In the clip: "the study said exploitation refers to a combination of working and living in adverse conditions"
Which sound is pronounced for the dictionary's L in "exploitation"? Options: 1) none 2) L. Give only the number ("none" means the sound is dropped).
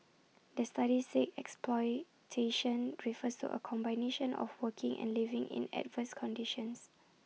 2